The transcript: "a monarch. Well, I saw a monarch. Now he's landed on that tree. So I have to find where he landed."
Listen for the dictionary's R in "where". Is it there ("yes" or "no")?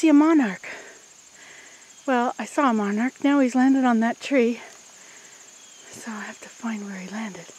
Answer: yes